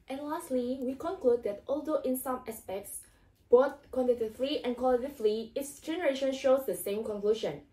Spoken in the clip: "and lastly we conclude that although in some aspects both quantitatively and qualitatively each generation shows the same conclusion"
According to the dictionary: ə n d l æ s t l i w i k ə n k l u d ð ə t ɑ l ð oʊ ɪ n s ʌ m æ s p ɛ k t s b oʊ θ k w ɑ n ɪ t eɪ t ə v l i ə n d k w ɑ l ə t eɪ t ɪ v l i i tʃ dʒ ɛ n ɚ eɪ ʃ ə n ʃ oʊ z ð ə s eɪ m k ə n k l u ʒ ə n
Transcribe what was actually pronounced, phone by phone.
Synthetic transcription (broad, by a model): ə n l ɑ s t l i w i k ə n k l u d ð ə t ɑ l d oʊ ɪ n s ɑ m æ s p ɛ k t s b oʊ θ k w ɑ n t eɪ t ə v l i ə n k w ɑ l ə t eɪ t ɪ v l i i s dʒ ɛ n ɚ eɪ ʃ ə n ʃ oʊ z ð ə s eɪ m k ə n k l u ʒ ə n